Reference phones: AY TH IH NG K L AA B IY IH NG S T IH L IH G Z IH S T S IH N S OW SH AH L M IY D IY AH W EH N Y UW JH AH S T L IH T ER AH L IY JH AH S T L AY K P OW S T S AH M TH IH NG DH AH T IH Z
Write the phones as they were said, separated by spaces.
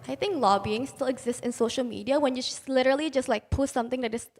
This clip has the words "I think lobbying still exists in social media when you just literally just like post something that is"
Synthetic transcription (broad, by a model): AY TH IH NG K L AA B IY IH NG S T IH L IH G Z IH S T IH N S OW SH AH L M IY D IY AH W EH N Y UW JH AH S L IH T ER AH L IY JH AH S T L AY K P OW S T S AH M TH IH NG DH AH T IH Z